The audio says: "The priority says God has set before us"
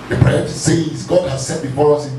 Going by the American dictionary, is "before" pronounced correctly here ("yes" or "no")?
yes